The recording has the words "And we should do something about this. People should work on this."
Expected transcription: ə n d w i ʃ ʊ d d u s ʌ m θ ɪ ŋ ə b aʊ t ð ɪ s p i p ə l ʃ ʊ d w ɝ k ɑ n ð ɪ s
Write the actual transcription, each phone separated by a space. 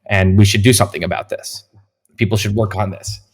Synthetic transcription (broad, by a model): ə n w i ʃ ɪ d d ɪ s ʌ m θ ɪ ŋ ə b aʊ t ð ɪ s p i p l ʃ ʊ d w ɝ k n ð ɪ s